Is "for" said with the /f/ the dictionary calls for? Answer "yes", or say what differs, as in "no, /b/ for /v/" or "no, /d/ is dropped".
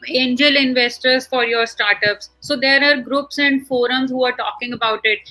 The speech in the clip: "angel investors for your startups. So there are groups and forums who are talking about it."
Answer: yes